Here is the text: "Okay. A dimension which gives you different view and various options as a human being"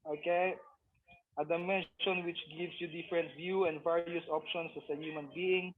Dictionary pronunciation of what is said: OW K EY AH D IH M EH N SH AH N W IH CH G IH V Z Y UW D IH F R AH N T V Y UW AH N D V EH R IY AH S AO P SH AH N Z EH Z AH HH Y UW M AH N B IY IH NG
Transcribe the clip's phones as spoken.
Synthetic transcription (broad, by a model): OW K EY AH D IH M EH N SH AH N W IH CH G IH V S Y UW D IH F R AH N T V Y UW AH N D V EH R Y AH S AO P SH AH N S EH S AH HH Y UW M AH N B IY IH NG